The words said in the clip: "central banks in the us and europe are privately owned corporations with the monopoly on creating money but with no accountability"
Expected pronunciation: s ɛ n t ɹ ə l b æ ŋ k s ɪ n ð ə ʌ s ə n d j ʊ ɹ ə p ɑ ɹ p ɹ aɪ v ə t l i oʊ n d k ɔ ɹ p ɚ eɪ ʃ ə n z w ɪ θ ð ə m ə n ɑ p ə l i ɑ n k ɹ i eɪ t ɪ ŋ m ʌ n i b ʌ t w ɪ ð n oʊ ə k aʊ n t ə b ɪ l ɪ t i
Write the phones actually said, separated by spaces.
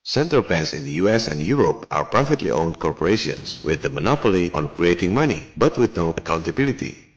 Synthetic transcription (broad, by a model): s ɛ n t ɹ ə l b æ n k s ɪ n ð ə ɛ s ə n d j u ɹ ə p ɑ ɹ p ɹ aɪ f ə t l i oʊ n d k ɔ ɹ p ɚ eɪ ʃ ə n s w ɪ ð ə m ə n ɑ p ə l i ɑ n k ɹ i eɪ t ɪ ŋ m ʌ n i b ʌ t w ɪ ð n oʊ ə k aʊ n t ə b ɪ l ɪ t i